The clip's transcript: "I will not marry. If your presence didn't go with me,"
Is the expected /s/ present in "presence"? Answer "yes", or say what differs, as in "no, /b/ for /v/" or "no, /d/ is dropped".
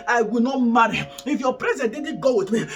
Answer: no, /s/ is dropped